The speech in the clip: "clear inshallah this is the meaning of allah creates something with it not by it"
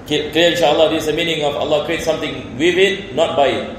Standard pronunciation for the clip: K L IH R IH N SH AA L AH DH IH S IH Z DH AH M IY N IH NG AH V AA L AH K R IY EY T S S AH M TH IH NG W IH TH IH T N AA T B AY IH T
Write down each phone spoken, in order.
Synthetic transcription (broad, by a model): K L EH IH N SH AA AH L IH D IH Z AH M IY N IH NG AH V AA L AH K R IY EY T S S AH M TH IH NG W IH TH IH T N AA T B AY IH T